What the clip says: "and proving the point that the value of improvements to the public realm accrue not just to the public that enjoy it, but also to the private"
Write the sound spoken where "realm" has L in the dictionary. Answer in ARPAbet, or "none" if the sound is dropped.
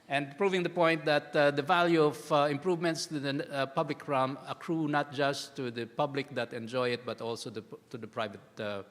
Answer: none